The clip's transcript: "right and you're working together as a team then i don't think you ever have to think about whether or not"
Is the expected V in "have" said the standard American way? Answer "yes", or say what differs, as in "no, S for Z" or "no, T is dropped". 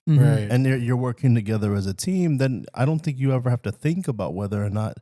no, F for V